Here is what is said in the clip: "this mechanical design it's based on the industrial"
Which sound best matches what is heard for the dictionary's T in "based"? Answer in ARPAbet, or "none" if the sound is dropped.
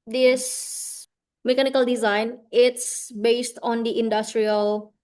T